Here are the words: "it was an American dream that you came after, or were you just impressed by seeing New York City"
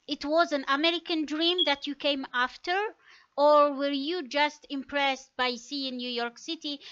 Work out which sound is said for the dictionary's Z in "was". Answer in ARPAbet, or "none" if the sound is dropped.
Z